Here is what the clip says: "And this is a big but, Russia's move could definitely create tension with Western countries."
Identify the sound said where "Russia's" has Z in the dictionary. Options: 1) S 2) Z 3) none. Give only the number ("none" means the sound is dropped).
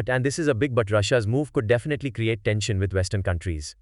2